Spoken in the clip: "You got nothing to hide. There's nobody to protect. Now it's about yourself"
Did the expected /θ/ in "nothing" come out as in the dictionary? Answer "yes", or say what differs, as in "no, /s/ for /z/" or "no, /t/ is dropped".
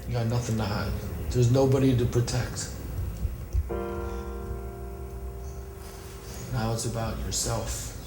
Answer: yes